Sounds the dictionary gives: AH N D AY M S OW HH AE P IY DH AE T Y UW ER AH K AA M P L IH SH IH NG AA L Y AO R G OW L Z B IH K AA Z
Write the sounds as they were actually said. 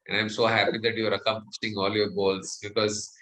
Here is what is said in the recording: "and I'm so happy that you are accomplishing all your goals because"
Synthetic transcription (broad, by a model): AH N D AY M S OW HH AE P IY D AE T Y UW ER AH K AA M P IH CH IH NG AA L Y AO R G OW L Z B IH K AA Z